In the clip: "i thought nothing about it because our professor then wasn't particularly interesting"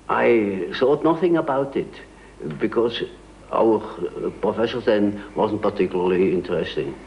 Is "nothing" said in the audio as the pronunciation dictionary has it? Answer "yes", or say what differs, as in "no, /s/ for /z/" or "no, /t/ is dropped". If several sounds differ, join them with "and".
yes